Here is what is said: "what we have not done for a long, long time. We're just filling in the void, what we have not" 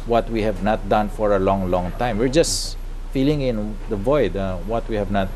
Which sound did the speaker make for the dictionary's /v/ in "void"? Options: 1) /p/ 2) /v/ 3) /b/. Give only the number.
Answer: 2